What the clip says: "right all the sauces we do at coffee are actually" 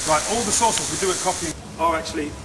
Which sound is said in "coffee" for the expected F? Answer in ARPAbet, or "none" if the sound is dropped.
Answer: P